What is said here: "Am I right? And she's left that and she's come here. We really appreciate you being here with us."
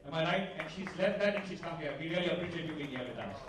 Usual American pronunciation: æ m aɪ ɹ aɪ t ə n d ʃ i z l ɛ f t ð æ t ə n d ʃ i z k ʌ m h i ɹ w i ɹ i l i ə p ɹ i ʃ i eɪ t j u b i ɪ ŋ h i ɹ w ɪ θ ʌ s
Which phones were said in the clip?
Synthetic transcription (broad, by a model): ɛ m aɪ l aɪ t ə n ʃ i z l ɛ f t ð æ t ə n ʃ i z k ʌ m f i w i ɹ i l i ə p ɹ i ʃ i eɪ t j u b i ɪ ŋ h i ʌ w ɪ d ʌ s